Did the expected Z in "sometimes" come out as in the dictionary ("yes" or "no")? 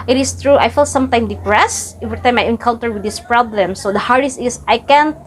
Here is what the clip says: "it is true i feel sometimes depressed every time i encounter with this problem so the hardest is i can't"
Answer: no